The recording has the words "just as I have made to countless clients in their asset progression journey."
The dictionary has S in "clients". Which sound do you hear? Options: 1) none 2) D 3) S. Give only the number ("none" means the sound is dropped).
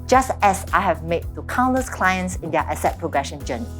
3